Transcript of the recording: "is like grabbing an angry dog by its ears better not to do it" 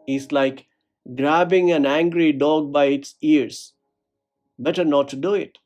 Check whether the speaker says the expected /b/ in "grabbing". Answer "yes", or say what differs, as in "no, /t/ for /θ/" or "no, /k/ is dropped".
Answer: yes